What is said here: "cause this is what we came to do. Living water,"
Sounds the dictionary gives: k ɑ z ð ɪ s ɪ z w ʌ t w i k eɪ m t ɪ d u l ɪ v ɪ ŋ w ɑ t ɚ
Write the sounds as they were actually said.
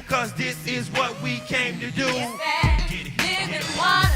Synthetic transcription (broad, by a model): k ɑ z ð ɪ s ɪ z w ʌ t w i k eɪ m t ɪ d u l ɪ ɪ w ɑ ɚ